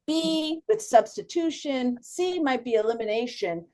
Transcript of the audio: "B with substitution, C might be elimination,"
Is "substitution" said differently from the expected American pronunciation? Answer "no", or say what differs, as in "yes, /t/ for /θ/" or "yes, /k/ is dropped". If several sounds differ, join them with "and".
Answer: no